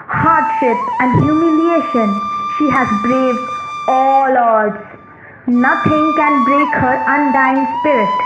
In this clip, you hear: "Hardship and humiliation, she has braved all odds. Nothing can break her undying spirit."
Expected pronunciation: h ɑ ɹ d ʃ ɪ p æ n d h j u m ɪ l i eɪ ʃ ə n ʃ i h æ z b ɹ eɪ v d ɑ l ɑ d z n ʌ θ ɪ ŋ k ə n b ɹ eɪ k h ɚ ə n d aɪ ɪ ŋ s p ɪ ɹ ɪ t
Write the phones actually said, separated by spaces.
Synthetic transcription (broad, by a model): h ɑ ɹ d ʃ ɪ p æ n d h j u m ɪ l i eɪ ʃ ə n ʃ i h æ z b ɹ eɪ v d ɑ l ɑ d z n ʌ t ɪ ŋ k ə n b ɹ eɪ k h ɚ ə n d aɪ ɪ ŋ s p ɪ ɹ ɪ t